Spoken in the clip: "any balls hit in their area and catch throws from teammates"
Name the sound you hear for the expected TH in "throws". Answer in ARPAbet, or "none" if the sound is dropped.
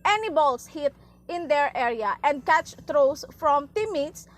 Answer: T